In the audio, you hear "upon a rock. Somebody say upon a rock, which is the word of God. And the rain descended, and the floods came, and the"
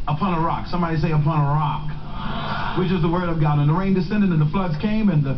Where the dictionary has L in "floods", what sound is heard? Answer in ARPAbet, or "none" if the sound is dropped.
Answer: L